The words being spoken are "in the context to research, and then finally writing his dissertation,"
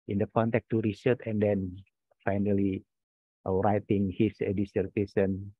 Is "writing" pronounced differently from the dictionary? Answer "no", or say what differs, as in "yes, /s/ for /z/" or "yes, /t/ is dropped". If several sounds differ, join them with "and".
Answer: no